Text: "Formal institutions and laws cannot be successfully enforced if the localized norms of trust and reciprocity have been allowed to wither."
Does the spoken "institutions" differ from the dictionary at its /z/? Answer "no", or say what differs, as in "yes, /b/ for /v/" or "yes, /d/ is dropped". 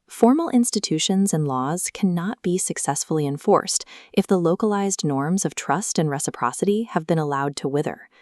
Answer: no